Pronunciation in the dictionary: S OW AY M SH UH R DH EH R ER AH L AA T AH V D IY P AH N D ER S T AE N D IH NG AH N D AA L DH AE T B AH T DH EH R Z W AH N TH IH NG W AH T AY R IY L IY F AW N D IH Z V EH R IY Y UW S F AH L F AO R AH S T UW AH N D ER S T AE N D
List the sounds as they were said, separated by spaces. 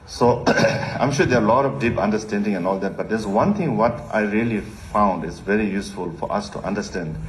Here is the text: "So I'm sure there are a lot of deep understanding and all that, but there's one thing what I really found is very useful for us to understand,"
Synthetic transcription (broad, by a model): S OW AY M SH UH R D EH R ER AH L AA T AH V D IY P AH N D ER S T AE N D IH NG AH N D AA L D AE T B AH T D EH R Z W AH N T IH NG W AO T AY R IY L IY F AW N D IH Z V EH R IY Y UW S F AH L F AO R AH S T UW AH N D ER S T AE N D